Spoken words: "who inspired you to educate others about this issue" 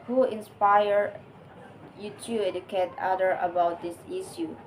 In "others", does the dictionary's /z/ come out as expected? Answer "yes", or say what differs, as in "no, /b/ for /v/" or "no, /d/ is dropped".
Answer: no, /z/ is dropped